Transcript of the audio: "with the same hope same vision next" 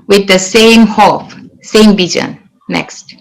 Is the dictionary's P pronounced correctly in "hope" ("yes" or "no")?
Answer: no